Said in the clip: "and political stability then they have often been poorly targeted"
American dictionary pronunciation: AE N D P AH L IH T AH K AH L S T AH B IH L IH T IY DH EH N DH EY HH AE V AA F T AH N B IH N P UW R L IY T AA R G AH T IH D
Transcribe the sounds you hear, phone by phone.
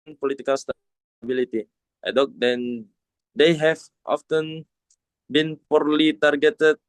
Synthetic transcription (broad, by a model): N P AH L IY T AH K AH L S T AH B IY L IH T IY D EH N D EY HH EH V AA F T AH N B IH N P UW R L IY T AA R G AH T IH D